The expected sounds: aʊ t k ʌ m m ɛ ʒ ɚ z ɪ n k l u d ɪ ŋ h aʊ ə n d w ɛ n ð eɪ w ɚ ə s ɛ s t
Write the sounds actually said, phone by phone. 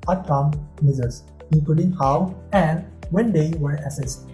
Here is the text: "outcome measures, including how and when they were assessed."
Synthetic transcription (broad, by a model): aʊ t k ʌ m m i z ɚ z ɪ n k l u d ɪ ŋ h aʊ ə n w ɛ n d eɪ w ɚ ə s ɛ s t